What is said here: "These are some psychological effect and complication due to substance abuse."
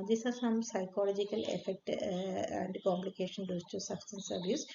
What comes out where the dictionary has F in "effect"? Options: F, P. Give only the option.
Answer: F